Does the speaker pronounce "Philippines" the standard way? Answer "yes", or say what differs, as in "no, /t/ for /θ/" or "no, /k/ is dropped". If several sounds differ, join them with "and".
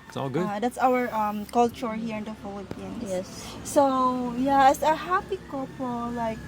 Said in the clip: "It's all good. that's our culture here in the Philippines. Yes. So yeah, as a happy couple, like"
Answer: no, /z/ is dropped